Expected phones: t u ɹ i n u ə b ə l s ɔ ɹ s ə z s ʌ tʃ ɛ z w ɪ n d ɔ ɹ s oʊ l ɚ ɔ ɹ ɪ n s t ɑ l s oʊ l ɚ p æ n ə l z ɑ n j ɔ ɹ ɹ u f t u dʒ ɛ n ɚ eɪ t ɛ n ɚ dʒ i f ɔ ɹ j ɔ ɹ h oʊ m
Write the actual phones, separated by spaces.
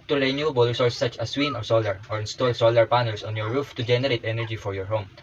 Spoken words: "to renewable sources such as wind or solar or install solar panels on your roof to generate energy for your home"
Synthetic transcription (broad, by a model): t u ɹ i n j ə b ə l s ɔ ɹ s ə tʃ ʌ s w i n ɔ ɹ s oʊ l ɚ ɔ ɹ ɪ n s t ɑ l s oʊ l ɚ p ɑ n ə l s ɑ n j ɔ ɹ ɹ u f t u dʒ ɛ n ɚ eɪ t ɛ n ɚ dʒ i f ɔ ɹ j ɔ ɹ h oʊ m